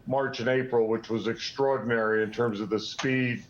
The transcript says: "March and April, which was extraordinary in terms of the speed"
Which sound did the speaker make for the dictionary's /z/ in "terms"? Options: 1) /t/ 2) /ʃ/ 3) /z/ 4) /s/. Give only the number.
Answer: 3